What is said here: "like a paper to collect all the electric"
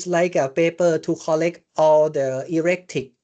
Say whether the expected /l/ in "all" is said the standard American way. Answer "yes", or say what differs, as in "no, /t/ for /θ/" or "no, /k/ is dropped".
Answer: yes